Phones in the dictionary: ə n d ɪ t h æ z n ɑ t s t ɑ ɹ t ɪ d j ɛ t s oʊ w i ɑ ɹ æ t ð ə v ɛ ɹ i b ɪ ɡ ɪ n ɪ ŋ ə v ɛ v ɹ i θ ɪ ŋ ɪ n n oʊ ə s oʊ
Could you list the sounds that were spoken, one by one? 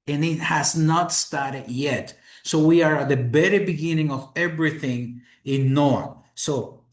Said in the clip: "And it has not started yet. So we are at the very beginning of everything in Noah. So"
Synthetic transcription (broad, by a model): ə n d ɪ t h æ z n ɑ t s t ɑ ɹ t ɪ d j ɛ t s oʊ w i ɑ ɹ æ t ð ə b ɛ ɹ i b ɪ ɡ ɪ n ɪ ŋ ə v ɛ v ɹ i θ ɪ ŋ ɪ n n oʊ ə s oʊ